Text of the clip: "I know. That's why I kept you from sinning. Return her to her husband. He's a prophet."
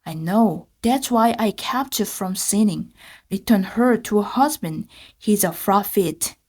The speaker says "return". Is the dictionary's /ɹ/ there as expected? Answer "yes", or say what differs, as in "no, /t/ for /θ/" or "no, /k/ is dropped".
yes